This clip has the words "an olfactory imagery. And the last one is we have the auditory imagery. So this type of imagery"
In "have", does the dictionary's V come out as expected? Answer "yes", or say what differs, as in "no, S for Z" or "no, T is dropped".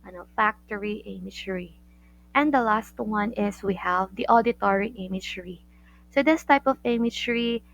yes